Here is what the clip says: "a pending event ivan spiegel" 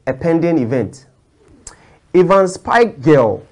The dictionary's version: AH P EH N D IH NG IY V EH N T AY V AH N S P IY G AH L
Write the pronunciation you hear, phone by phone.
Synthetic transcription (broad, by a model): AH P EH N D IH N IY V EH N T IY V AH N S P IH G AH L